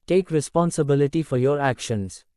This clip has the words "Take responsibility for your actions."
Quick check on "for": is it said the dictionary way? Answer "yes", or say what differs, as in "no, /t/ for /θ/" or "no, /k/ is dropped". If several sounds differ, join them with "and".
yes